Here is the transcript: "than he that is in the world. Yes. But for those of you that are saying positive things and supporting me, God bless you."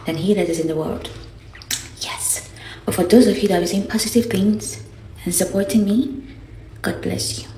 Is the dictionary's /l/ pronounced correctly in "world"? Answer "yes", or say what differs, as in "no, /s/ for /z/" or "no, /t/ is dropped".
yes